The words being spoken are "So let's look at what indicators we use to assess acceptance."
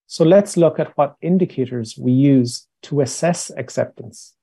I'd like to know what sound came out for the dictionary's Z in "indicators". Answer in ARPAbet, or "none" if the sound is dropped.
Z